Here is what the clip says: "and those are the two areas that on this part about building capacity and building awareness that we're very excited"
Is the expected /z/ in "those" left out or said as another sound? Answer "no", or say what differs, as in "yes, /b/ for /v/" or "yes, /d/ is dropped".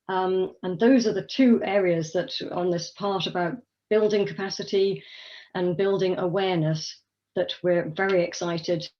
no